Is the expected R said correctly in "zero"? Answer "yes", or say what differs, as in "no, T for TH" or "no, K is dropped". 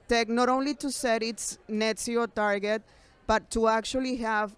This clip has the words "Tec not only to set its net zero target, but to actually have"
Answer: no, R is dropped